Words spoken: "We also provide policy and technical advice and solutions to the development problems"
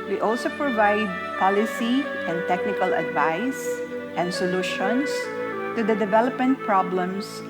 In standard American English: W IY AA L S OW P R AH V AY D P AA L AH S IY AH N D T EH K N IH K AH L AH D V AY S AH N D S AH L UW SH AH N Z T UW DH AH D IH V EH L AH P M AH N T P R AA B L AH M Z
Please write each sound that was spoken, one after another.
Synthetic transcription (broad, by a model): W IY AA L S OW P R AH V AY D P AA L AH S IY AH N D T EH K N IH K AH L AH D V AY S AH N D S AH L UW SH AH N S T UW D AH D IH V EH L AH P M AH N T P R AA B L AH M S